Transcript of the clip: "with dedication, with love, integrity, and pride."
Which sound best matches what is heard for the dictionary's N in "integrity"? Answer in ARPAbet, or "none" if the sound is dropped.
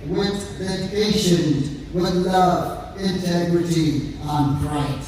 N